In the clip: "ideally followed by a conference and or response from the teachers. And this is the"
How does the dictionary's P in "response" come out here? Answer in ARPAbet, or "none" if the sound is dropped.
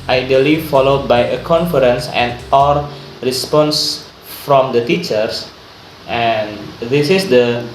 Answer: P